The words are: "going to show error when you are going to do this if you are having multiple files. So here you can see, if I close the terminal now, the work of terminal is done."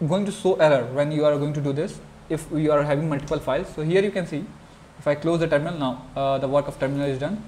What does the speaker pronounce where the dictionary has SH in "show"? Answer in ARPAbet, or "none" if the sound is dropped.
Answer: S